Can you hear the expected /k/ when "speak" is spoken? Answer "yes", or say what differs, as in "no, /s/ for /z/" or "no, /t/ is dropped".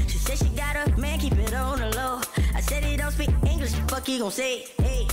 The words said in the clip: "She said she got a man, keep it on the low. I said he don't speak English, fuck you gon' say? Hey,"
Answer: no, /k/ is dropped